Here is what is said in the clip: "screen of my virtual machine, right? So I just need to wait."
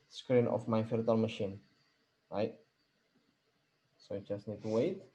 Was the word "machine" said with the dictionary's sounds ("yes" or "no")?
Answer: yes